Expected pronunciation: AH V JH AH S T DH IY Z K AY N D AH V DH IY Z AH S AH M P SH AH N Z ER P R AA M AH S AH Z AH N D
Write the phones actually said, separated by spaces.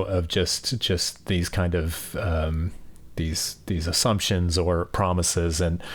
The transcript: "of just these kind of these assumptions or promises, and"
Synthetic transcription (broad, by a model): AH V JH AH S T DH IY Z K AY N D AH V DH IY Z AH S AH M P SH AH N Z ER P R AA M AH S AH Z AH N